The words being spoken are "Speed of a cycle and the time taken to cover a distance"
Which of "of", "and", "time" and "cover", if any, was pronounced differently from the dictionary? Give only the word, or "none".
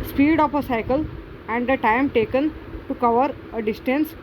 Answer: of